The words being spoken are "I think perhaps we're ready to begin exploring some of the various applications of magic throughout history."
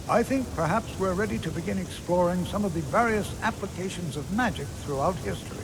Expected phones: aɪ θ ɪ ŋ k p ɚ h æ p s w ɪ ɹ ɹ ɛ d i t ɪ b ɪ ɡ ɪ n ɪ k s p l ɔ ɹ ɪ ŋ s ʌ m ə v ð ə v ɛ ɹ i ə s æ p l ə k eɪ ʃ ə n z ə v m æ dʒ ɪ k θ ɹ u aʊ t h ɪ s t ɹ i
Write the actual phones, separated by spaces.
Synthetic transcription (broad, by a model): aɪ θ ɪ ŋ k p ɚ h æ p s w ɪ ɹ ɹ ɛ d i t ɪ b ɪ ɡ ɪ n ɪ k s p l ɔ ɹ ɪ ŋ s ʌ m ə v ð ə v ɛ ɹ i ə s æ p l ə k eɪ ʃ ə n z ə v m æ dʒ ɪ k θ ɹ u aʊ t h ɪ s t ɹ i